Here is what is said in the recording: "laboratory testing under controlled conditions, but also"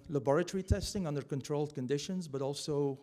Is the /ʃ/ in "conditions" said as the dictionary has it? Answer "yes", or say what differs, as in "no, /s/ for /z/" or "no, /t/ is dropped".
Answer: yes